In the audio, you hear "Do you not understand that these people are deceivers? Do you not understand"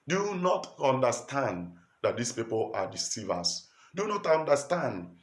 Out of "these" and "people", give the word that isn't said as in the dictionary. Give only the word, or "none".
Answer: these